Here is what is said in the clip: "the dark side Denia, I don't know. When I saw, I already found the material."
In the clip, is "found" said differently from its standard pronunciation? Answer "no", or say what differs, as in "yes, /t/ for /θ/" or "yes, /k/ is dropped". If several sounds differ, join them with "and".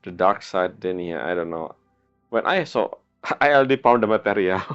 yes, /p/ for /f/